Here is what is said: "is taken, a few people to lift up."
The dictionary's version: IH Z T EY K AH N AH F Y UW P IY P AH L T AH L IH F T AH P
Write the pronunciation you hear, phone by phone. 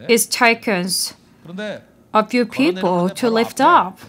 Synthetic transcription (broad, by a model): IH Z T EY K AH N AH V Y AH P IY P AH L T AH L IH F T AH P